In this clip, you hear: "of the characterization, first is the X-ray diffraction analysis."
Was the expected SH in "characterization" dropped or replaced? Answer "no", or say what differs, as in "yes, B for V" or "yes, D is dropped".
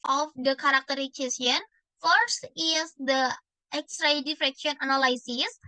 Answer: yes, S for SH